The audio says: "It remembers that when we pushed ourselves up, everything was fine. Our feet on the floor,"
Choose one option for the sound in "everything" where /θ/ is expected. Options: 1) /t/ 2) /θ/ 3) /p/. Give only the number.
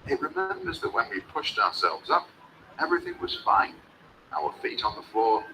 2